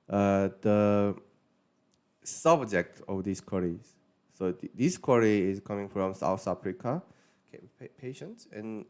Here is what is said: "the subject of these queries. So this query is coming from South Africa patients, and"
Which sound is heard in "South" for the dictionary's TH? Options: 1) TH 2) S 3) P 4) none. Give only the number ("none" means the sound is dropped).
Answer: 2